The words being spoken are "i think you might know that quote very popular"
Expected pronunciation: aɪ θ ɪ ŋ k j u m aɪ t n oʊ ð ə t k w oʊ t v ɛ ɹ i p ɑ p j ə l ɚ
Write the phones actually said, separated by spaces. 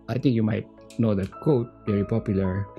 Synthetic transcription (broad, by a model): aɪ t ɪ ŋ k j u m aɪ t n oʊ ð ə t k oʊ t v ɛ ɹ i p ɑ p j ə l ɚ